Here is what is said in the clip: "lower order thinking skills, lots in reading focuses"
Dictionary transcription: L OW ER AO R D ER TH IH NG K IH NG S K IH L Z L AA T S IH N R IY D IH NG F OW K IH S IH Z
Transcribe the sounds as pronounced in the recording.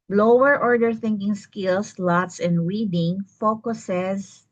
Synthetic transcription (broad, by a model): L OW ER AO R D ER TH IH NG K IH NG S K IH L S L AA T S IH N R IY D IH NG F OW K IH S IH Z